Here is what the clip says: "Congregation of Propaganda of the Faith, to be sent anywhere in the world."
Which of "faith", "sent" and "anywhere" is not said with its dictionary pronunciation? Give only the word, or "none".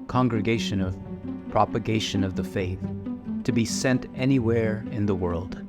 none